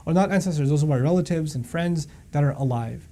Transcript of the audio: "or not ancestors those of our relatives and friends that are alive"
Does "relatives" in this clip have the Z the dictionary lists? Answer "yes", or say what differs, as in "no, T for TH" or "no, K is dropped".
yes